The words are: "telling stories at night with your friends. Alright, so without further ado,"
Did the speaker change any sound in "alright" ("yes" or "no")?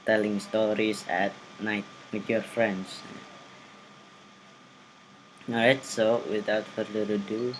yes